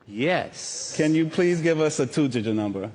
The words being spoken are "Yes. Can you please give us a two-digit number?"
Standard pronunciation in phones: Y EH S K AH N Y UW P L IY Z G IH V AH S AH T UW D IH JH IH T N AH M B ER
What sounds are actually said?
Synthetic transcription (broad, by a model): Y EH S K AH N Y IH P L IY Z G IH V AH S AH T UW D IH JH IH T N AH M B ER